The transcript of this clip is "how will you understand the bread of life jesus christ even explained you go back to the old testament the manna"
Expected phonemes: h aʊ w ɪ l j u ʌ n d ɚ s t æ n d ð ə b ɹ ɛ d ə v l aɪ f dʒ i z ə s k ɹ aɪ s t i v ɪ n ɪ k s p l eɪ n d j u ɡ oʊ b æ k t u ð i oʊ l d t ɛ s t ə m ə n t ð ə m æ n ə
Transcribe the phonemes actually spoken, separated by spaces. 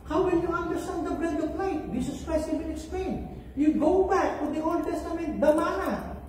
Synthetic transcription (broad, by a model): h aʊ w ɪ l j u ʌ n d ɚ s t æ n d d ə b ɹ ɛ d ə p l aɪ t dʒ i s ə s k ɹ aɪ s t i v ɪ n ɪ k s p l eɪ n j u ɡ oʊ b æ k t u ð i oʊ l d t ɛ s t ə m ə n t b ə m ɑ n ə